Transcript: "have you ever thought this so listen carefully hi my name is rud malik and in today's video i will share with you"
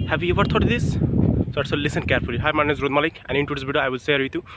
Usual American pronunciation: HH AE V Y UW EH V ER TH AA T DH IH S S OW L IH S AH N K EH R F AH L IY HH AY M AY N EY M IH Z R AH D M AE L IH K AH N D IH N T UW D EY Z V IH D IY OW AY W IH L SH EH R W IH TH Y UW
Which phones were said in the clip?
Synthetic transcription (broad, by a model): HH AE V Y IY EH V ER T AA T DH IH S S OW L IH S AH N K EH R F AH L IY HH AY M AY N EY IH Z R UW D M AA L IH K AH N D IH N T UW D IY S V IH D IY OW AY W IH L S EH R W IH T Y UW